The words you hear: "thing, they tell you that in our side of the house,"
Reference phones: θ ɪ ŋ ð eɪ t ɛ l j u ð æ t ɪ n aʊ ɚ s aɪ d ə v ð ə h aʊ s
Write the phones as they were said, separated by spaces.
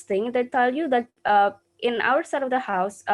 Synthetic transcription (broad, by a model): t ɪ ŋ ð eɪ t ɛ l j u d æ t ɪ n aʊ ɚ s aɪ d ə v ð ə h aʊ s